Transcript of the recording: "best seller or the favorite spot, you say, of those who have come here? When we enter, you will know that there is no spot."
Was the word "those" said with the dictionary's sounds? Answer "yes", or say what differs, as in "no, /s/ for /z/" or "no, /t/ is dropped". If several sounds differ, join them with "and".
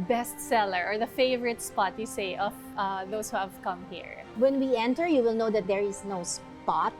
no, /s/ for /z/